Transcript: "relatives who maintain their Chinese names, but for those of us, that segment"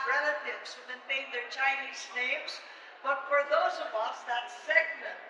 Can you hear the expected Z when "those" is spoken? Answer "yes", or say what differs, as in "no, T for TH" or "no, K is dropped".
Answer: yes